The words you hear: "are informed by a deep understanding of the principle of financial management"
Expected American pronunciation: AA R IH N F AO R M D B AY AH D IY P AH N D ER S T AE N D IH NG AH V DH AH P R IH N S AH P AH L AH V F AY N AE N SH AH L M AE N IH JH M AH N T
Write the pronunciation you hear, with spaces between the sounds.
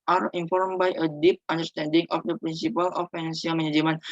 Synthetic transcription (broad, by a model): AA R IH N F AO R M B AY AH D IY P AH N D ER S T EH N D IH NG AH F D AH P R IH N S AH P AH L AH F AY N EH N S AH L M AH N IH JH M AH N